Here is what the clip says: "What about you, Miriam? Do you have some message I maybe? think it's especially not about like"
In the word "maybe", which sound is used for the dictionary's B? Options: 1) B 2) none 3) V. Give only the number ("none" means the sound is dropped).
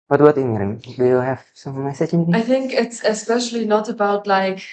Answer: 2